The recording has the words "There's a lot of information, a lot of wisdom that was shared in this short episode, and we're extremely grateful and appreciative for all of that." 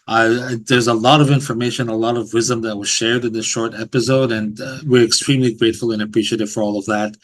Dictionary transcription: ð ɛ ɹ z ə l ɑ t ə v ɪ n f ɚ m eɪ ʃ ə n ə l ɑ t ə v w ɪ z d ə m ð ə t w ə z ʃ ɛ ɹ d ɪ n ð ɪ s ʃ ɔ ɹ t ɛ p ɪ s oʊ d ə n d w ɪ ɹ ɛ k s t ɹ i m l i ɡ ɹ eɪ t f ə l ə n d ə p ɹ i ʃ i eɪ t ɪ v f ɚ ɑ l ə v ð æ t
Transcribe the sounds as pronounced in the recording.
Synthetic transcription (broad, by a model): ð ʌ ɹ z ə l ɑ t ə v ɪ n f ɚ m eɪ ʃ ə n ə l ɑ t ə v w ɪ z d ə m ð ə t w ə z ʃ ɛ ɹ d ɪ n ð ɪ s ʃ ɔ ɹ t ɛ p ɪ s oʊ d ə n w ɪ ɹ ɛ k s t ɹ i m l i ɡ ɹ eɪ t f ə l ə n ə p ɹ i ʃ i eɪ t ɪ v f ɚ ɑ l ə v ð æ t